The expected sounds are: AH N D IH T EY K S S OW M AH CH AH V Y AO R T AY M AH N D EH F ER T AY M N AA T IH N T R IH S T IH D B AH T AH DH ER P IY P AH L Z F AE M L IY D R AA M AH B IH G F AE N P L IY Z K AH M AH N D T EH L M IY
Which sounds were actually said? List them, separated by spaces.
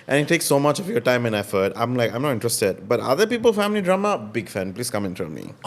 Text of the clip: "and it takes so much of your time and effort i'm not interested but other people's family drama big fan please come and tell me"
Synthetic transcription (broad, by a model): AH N IH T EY K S S OW M AH CH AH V Y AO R T AY M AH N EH F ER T AY M N AA T IH N T R IH S T IH D B AH T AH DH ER P IY P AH L F AE M L IY D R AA M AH B IH G F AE N P L IY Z K AH M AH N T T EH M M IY